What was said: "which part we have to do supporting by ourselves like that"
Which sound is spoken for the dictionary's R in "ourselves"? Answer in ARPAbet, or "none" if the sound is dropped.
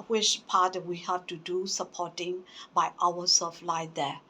W